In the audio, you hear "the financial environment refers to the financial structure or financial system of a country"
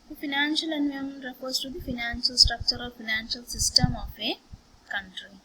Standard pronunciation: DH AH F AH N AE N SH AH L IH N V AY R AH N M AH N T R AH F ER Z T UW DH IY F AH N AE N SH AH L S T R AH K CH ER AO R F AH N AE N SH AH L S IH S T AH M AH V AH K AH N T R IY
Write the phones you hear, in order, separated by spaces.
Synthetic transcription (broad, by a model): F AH N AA N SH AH L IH N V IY AH M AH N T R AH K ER S T UW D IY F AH N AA N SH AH L S T R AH K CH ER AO L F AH N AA N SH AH L S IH S T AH M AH F AH K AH N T R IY